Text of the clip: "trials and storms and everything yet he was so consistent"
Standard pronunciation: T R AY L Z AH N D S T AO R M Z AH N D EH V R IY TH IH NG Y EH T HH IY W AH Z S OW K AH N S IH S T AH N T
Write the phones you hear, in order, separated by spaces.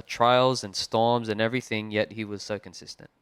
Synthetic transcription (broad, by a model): T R AY L Z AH N S T AO R M Z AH N EH V R IY TH IH NG Y EH T HH IY W AH Z S OW K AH N S IH S T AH N T